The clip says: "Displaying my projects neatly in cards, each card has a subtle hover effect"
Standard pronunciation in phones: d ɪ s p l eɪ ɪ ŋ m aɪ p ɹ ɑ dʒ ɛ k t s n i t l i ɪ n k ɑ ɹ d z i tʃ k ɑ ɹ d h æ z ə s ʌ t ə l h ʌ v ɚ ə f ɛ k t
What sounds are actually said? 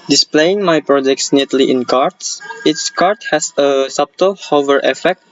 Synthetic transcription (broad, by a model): d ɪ s p l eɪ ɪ ŋ m aɪ p ɹ ɑ dʒ ɛ k t s n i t l i ɪ n k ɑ ɹ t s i s k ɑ ɹ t h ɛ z ə s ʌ t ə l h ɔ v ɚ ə f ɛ k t